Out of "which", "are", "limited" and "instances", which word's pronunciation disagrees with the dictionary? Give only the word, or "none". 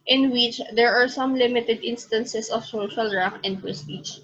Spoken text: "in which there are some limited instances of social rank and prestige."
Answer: instances